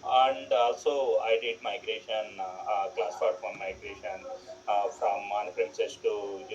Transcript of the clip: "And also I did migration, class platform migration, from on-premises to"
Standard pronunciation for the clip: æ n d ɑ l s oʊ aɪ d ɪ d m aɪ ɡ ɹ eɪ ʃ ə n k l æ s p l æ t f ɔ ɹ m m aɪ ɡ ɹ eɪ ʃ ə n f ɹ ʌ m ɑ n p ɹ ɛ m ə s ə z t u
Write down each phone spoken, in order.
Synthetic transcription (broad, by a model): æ n d ɑ l s oʊ aɪ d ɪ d m aɪ ɡ ɹ eɪ ʃ ə n k l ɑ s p ɑ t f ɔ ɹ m m aɪ ɡ ɹ eɪ ʃ ə n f ɹ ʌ m ɑ n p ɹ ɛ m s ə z t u